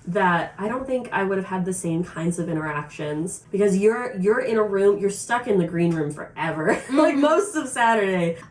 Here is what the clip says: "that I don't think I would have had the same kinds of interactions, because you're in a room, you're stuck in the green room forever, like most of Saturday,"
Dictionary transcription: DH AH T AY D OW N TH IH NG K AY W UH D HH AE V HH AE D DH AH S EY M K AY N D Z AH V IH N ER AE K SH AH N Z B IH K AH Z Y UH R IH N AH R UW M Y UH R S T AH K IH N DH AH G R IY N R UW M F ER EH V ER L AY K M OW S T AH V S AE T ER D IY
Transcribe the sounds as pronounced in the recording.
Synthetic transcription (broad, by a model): DH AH T AY D OW N TH IH NG K AY W UH D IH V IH D DH AH S EY M K AY N D Z AH V IH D ER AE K SH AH N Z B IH K AH Z Y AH R IH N AH R UW M Y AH R S T AH K IH N DH AH G R IY N R UW M F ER EH V ER L AY K M OW S T AH V S AE T ER D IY